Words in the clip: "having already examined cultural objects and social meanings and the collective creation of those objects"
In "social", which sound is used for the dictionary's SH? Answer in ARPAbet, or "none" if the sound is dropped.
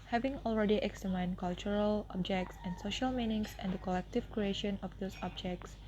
SH